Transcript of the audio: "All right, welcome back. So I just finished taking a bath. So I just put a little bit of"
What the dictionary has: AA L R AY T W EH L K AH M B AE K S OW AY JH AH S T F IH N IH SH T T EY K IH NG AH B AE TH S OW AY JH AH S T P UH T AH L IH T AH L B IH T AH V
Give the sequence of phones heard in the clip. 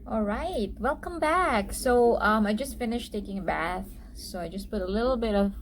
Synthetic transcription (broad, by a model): AA L R AY T W EH L K AH M B AE K S OW AY JH AH S T F IH N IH SH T T EY K IH NG AH B AE TH S OW AY JH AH S P UH T AH L IH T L B IH T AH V